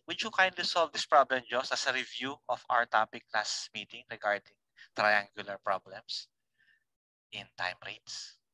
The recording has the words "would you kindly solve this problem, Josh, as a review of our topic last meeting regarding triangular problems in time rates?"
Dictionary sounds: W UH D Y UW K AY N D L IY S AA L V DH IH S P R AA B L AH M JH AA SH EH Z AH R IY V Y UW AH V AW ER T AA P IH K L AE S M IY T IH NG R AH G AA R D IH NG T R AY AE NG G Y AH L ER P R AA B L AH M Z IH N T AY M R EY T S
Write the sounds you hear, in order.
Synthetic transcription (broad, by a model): W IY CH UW K AY N D L IY S AA L V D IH S P R AA B L AH M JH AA S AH S AH R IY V Y UW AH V AW ER T AA P IH K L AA S M IY T IH NG R AH G AA R D IH NG T R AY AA NG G Y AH L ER P R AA B L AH M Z IH N T AY M R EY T S